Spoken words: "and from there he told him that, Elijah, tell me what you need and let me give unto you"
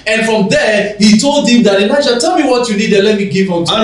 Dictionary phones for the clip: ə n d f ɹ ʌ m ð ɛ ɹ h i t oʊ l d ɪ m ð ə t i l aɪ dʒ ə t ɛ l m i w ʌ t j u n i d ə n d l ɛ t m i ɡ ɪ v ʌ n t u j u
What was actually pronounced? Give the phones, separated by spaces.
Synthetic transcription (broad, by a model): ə n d f ɹ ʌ m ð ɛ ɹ h i t oʊ l d ɪ m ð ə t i n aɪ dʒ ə t ɛ l m i w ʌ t j u n i d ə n l ɛ t m i ɡ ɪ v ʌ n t